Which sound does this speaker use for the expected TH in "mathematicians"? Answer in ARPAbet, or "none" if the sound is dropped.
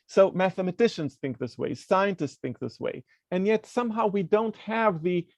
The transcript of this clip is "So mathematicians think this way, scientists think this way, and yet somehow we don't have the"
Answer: TH